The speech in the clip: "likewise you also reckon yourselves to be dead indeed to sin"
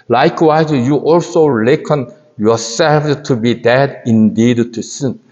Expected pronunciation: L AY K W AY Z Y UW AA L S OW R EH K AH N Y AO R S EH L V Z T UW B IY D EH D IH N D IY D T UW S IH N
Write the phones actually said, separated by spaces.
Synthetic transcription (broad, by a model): L AY K W AY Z Y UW AA L S OW L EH K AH N Y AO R S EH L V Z T UW B IY D EH D IH N D IY D T UW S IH N